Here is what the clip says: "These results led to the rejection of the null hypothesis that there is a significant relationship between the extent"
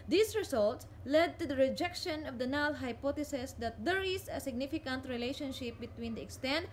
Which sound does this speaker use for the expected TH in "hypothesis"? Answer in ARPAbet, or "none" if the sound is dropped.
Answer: T